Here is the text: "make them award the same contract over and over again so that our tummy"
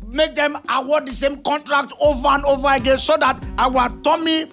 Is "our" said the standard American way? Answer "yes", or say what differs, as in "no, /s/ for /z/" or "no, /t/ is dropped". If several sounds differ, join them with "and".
no, /w/ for /ɹ/